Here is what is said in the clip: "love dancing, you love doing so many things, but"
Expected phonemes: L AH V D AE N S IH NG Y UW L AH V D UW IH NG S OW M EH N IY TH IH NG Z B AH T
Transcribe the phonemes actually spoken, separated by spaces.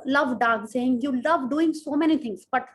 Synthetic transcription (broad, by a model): L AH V D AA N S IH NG Y UW L AH V D UW IH NG S OW M EH N IY T IH NG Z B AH T